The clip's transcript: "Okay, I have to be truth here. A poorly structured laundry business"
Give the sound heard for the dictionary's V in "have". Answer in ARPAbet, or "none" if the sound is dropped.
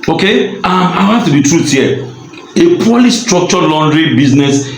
F